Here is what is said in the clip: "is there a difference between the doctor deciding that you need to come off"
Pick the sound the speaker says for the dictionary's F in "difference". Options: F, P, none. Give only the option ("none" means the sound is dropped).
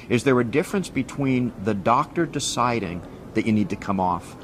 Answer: F